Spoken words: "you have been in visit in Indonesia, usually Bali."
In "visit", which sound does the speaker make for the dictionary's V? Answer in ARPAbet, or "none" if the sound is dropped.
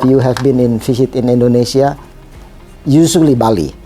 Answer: F